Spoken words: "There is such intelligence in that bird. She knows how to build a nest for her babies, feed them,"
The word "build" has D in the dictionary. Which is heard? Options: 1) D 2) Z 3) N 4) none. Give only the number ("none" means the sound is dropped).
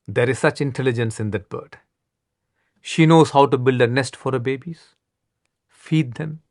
1